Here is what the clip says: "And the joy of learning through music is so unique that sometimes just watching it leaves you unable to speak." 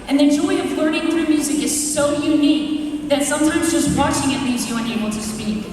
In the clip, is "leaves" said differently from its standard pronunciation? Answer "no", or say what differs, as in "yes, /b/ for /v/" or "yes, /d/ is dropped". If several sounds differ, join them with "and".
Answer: yes, /v/ is dropped